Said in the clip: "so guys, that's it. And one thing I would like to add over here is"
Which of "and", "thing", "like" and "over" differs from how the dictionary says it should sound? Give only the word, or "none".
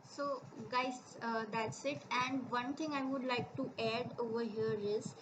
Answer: thing